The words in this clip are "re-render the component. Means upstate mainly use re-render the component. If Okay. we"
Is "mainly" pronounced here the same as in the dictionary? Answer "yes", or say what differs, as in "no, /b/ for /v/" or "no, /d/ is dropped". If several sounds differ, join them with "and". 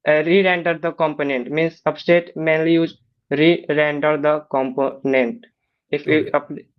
yes